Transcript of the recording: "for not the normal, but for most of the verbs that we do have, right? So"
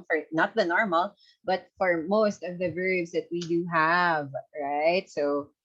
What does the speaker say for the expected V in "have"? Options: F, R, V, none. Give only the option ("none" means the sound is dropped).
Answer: V